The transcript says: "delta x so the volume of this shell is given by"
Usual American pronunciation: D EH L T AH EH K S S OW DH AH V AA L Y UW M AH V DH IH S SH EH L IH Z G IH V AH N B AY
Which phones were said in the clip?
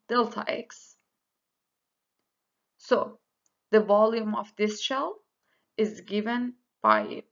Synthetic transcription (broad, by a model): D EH L T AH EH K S S OW DH AH V AA L Y UW M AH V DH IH S SH EH L IH Z G IH V AH N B AY